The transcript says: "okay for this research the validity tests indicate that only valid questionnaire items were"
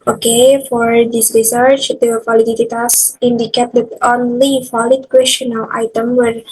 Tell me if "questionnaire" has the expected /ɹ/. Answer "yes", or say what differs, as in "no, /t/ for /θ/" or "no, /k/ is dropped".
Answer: no, /l/ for /ɹ/